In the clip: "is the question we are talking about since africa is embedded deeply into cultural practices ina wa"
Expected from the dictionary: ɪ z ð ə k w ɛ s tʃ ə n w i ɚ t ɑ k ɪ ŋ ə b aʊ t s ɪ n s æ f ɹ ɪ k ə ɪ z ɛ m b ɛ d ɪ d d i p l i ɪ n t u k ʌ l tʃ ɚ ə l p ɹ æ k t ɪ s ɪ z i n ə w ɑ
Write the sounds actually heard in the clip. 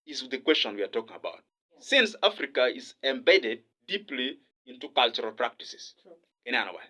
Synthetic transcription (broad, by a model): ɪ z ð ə k w ɛ s tʃ ə n w i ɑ t ɑ k ɪ ŋ ə b aʊ t s ɪ n s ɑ f ɹ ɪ k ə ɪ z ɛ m b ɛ d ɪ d d i p l i ɪ n t u k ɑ l tʃ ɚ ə l p ɹ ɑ k t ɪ s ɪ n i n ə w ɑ